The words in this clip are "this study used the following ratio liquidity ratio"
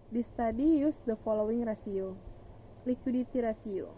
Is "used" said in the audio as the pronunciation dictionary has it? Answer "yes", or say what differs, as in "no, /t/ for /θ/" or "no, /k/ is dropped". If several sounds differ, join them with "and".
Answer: no, /s/ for /z/